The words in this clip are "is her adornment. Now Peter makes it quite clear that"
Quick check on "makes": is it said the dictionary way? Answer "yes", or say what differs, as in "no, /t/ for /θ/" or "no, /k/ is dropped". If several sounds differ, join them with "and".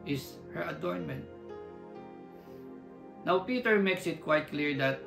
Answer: yes